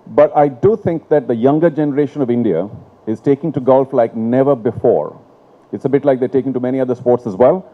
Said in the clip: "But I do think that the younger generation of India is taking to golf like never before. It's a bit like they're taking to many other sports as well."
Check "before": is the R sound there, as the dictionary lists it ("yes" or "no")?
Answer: yes